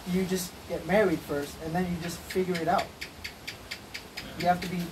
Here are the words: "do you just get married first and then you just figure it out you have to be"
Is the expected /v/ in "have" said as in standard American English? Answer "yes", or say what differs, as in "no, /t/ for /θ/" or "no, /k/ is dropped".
no, /f/ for /v/